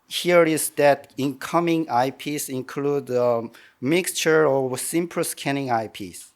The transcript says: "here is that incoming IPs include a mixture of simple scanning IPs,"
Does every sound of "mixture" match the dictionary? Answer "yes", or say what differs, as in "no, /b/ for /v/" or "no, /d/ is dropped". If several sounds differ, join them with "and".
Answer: yes